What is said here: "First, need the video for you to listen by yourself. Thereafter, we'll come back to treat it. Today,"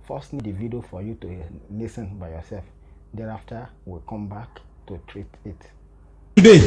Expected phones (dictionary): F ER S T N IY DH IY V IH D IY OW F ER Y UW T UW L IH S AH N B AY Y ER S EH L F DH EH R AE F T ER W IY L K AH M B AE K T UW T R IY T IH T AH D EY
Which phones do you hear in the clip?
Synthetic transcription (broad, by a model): F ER S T N IY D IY V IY D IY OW F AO Y UW T UW N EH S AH N B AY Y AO S EH L F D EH R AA F T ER W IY K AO M B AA K T UW T R IY T IH T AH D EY